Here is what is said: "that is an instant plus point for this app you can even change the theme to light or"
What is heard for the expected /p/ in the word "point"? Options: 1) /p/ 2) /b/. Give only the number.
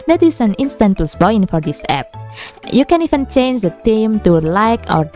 2